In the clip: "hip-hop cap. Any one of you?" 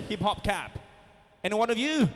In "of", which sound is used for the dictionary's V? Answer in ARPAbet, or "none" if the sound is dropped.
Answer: V